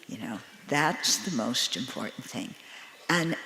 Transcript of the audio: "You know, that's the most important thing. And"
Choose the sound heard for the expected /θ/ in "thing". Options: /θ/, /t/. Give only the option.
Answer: /θ/